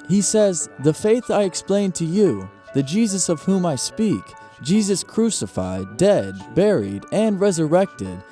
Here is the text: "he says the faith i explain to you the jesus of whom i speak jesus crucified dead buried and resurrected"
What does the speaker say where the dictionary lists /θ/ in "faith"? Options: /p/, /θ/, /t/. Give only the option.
/θ/